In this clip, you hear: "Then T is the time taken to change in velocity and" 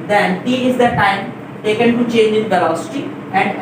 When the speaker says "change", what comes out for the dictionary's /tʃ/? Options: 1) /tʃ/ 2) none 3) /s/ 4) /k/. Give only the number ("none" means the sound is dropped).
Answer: 1